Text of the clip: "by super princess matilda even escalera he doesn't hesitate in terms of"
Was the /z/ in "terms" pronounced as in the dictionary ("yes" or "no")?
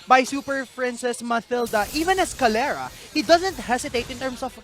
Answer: no